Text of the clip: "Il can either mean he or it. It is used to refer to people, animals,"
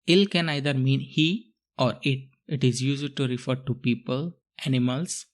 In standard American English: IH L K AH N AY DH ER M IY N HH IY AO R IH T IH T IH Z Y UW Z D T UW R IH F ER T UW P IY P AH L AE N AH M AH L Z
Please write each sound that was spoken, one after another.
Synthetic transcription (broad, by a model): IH L K AH N AY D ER M IY N HH IY AO R IH T IH T IH Z Y UW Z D T UW R IH F ER T UW P IY P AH L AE N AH M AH L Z